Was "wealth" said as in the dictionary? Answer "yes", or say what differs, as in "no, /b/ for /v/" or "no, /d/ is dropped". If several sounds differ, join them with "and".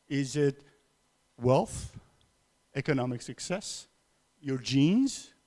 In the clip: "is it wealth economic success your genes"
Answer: yes